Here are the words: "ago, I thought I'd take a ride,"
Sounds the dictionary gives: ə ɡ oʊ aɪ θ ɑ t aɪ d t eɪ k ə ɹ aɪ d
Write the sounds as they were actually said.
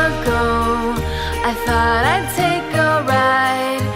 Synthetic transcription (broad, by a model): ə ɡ oʊ aɪ θ ɑ t aɪ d t eɪ k ə ɹ aɪ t